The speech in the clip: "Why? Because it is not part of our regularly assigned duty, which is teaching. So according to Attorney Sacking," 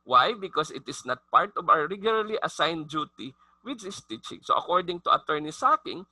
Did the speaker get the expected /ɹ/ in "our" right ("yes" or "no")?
no